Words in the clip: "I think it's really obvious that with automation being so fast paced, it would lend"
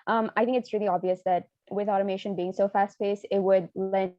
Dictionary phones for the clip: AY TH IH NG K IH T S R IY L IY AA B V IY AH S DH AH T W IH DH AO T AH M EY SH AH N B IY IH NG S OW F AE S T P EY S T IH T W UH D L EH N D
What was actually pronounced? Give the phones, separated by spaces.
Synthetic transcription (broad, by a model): AY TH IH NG K IH T S R IY L IY AA B V IY AH S DH AH T W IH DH AO T AH M EY SH AH N B IY IH NG S OW F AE S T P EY S IH T W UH D L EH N